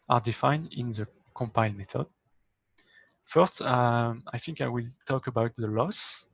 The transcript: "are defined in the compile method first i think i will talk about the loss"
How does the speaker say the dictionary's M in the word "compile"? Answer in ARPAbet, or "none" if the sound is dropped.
M